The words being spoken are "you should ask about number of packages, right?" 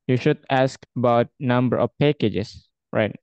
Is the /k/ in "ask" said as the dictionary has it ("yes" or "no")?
yes